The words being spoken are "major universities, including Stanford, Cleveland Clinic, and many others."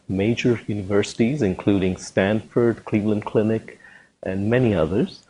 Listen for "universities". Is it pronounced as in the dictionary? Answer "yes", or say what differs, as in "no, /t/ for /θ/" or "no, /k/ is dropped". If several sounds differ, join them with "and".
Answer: yes